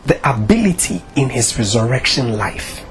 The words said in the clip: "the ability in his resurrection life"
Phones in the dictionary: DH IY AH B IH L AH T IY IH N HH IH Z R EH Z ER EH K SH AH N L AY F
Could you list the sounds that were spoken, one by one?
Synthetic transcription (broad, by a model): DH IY AH B IH L AH T IY IH N HH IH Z R EH Z ER EH K SH AH N L AY F